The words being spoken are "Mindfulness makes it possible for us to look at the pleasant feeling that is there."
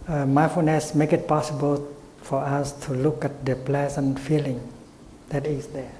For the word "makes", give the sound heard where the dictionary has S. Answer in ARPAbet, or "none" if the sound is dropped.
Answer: none